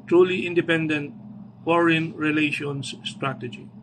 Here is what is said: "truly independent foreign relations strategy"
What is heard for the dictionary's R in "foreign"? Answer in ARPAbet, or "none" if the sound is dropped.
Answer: R